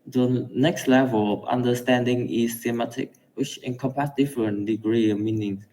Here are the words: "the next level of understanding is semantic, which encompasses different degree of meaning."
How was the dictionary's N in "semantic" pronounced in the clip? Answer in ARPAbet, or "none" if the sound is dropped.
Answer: none